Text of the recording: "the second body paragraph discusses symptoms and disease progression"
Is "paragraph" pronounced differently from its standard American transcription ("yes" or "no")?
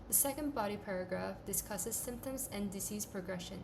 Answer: no